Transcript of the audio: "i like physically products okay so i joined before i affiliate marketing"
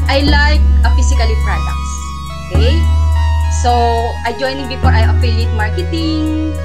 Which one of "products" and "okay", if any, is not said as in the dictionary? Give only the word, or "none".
none